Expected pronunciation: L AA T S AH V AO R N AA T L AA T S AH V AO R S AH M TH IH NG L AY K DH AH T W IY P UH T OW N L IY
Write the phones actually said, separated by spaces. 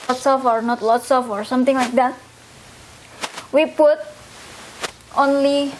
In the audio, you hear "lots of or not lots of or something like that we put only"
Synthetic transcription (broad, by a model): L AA T S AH F AO R N AA T L AA T S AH F AO R S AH M T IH NG L AY K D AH T W IY P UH T OW N L IY